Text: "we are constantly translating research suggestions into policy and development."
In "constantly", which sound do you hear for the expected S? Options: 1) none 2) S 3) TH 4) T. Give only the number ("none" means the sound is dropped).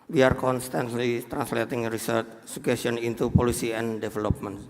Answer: 2